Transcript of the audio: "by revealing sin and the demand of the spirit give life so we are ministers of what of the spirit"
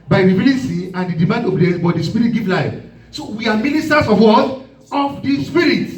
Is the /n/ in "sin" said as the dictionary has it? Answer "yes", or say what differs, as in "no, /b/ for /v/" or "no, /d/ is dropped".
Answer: no, /n/ is dropped